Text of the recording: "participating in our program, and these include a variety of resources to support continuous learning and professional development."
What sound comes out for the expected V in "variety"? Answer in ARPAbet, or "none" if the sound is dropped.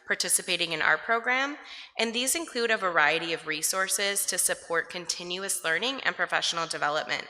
V